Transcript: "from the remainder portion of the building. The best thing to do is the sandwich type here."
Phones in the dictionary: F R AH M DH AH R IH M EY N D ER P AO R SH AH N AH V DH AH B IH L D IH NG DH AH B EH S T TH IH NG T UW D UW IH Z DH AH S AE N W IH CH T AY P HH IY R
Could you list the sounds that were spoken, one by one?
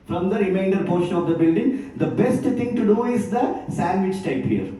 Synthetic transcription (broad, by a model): F R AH M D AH R IH M EY N D ER P AO R SH AH N AH V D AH B IH L D IH NG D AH B EH S T T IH NG T UW D UW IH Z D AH S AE N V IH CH T AY P HH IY R